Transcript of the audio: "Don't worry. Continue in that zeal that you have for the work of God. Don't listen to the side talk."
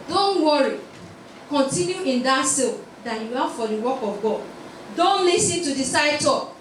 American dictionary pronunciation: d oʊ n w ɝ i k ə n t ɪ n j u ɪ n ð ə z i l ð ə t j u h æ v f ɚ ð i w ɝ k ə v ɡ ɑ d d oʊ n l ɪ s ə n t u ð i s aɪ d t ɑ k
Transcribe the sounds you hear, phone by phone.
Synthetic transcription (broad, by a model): d oʊ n w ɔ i k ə n t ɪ n j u ɪ n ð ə s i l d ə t j u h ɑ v f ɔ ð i w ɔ k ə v ɡ ɑ d d oʊ n l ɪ s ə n t u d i s aɪ d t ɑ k